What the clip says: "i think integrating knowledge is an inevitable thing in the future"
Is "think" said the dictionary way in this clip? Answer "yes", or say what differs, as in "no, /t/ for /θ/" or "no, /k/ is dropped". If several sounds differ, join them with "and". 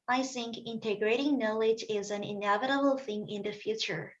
yes